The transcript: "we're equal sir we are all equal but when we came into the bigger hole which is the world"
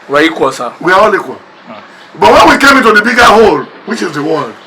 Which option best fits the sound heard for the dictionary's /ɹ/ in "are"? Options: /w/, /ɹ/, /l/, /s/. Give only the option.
/w/